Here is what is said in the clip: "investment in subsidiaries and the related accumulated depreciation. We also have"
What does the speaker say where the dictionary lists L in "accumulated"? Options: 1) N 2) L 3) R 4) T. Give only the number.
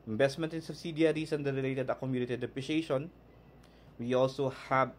1